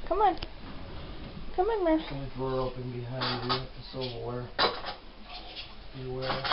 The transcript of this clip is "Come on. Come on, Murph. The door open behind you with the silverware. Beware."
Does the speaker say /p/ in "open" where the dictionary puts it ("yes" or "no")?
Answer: yes